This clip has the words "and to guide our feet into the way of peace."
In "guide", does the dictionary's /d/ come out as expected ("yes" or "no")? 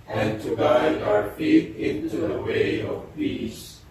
no